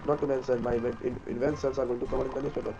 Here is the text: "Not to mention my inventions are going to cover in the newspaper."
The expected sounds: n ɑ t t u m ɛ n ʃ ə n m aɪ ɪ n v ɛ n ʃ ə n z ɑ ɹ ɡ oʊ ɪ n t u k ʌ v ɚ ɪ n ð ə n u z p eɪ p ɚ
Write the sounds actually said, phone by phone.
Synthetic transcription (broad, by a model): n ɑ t t u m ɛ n s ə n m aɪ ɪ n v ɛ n s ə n s ɑ ɹ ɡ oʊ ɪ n t u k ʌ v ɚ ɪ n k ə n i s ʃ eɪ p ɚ